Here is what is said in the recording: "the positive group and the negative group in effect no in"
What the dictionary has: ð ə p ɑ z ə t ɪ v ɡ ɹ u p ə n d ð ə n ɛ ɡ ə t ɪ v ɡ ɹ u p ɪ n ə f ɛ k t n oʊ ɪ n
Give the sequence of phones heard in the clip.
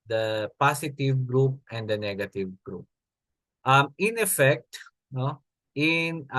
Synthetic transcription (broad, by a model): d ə p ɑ s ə t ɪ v ɡ ɹ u p ə n d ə n ɛ ɡ ə t ɪ v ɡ ɹ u p ɪ n ə f ɛ k t n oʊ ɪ n